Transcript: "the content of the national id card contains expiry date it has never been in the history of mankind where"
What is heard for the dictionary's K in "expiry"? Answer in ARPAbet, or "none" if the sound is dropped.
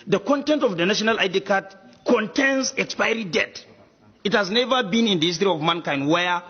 K